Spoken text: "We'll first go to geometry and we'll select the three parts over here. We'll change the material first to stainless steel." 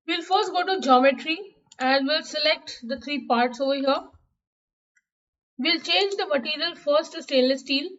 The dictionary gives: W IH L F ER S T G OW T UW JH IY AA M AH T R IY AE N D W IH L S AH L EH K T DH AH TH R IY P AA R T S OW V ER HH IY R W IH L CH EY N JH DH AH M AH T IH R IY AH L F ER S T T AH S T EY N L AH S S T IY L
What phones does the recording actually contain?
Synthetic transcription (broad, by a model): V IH L F ER S T G OW T UW JH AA M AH T R IY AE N D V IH L S AH L EH K T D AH T R IY P AA R T S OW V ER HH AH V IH L CH EY N JH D AH M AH T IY R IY AH L F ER S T T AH S T EY L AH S S T IY L